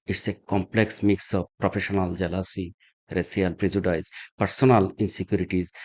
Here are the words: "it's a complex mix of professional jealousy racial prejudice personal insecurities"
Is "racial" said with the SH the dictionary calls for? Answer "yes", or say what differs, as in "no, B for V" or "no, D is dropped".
no, S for SH